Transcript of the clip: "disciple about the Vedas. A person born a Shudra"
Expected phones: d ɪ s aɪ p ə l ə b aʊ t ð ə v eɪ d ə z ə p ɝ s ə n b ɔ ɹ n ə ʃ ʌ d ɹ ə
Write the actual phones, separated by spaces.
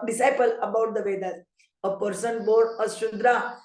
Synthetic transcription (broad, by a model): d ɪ s aɪ p ə l ə b aʊ t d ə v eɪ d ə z ə p ɝ s ə n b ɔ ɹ ə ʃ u d ɹ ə